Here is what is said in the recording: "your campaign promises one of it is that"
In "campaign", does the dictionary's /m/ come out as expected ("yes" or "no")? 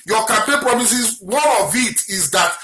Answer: no